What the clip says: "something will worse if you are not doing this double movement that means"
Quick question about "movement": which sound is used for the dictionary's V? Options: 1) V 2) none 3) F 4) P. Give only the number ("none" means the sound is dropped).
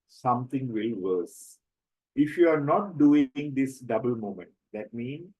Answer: 2